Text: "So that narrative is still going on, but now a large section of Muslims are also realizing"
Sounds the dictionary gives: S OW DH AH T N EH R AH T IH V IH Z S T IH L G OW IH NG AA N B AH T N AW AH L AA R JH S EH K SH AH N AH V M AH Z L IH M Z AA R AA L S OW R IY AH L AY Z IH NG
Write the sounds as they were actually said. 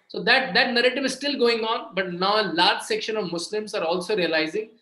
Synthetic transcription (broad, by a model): S OW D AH T N EH R AH T IH V IH Z S T IH L G OW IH NG AA N B AH T N AW AH L AA R JH S EH K SH AH N AH V M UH S L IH M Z AA R AA L S OW R IY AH L AY Z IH NG